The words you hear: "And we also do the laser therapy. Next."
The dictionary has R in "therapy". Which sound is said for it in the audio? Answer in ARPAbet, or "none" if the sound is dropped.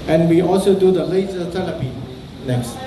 L